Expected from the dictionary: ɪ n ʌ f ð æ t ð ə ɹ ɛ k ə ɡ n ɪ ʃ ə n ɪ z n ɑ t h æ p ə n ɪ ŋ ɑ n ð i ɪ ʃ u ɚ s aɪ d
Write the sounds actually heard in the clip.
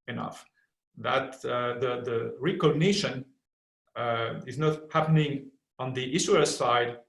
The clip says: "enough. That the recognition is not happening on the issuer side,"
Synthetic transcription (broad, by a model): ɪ n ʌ f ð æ t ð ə ɹ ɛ k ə ɡ n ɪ ʃ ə n ɪ z n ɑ t h æ p ə n ɪ ŋ ɑ n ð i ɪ s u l s aɪ d